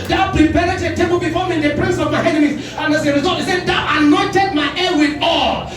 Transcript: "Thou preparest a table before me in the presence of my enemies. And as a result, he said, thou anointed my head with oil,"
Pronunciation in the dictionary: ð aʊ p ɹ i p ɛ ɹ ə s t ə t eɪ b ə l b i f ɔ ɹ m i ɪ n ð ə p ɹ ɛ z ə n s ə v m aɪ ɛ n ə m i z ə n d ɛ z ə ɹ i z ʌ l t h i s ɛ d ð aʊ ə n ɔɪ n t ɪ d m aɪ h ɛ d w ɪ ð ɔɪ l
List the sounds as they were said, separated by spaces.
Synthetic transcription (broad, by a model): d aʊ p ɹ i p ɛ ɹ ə t ə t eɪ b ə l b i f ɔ m i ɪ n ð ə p ɹ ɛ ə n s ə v m aɪ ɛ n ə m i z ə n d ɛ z ə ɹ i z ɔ t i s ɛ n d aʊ ə n ɔɪ n t ɪ d m aɪ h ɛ w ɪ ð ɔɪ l